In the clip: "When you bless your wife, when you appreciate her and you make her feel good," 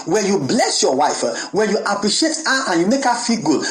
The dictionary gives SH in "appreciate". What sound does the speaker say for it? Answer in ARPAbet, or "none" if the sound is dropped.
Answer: SH